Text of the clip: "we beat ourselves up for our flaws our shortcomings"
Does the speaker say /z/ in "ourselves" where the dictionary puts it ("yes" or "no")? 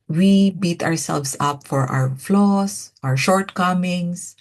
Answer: no